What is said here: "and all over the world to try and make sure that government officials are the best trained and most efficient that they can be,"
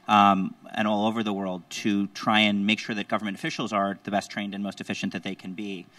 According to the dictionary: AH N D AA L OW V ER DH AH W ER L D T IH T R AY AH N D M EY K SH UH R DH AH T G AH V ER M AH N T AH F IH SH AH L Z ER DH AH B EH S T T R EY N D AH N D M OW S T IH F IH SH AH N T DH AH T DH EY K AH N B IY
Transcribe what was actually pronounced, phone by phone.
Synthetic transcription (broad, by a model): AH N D AA L OW V ER DH AH W ER L D T IH T R AY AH N M EY K SH UH R DH AH T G AH V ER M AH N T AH F IH SH L Z ER DH AH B EH S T T R EY N D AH N M OW S T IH F IH SH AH N DH AH T DH EY K AH N B IY